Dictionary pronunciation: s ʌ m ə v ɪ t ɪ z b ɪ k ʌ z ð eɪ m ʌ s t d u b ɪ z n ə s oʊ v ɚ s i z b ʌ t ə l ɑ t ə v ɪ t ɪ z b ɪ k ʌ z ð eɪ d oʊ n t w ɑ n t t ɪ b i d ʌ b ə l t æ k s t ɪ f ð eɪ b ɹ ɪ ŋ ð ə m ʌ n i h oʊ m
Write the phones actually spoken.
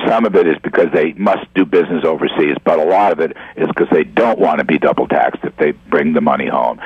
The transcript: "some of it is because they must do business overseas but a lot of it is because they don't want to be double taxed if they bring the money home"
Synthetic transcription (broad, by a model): s ʌ m ə v ɪ t ɪ z b ɪ k ʌ z ð eɪ m ʌ s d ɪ b ɪ z n ə s oʊ v ɚ s i z b ʌ t ə l ɑ t ə v ɪ t ɪ z k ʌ z ð eɪ d oʊ n t w ɑ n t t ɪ b i d ʌ b l t æ k s t ɪ f ð eɪ b ɹ ɪ ŋ ð ə m ʌ n i h oʊ m